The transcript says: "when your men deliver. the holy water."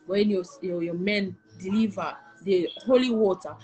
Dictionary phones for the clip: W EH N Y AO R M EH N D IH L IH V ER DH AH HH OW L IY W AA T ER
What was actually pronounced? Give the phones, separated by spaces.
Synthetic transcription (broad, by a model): W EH N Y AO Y M EH N D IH L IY V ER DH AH HH OW L IY W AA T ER